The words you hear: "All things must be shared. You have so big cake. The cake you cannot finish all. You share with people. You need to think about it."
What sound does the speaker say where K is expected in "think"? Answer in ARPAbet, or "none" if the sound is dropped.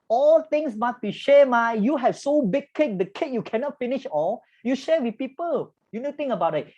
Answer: none